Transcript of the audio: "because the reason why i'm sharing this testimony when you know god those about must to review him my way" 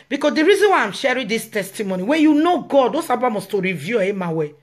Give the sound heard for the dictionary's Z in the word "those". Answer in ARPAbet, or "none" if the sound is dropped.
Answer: S